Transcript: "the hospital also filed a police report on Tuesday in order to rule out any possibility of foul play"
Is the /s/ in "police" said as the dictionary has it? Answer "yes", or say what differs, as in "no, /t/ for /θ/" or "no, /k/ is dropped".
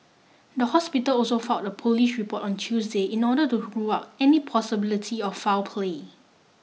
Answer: no, /ʃ/ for /s/